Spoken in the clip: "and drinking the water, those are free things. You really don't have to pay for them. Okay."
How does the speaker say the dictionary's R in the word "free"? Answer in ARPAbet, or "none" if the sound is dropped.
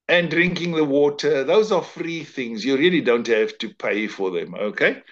R